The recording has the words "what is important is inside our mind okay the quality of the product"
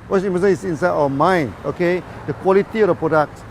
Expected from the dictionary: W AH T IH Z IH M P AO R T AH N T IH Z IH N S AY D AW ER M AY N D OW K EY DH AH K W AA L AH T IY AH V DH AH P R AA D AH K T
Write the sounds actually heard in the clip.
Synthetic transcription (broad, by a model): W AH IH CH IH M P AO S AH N IH S IH N S AY D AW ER M AY N OW K EY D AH K W AA L AH T IY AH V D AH P R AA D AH K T